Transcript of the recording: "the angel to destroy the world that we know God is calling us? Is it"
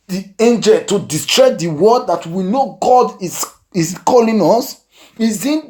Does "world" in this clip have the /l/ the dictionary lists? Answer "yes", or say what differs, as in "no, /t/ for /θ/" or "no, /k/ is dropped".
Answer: no, /l/ is dropped